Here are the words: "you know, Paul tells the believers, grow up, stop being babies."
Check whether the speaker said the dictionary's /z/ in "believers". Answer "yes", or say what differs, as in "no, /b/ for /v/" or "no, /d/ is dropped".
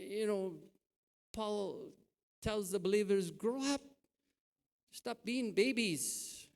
yes